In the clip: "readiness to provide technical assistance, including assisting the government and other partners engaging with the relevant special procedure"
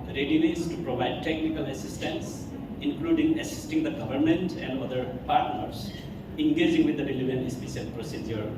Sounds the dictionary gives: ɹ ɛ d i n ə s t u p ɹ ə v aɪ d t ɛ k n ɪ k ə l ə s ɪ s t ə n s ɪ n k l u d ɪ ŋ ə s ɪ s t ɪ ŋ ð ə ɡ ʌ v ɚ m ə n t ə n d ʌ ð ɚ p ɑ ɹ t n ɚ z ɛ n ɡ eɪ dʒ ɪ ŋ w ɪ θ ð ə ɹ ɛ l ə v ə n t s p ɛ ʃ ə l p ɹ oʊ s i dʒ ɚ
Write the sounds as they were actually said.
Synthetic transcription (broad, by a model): ɹ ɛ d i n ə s t u p ɹ ə v aɪ d t ɛ k n ɪ k ə l ə s ɪ s t ə n s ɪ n k l u d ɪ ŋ ə s ɪ s t ɪ ŋ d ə ɡ ʌ v ɚ m ə n t ə n d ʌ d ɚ p ɑ ɹ t n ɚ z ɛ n ɡ eɪ dʒ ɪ ŋ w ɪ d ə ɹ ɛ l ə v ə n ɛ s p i s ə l p ɹ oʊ s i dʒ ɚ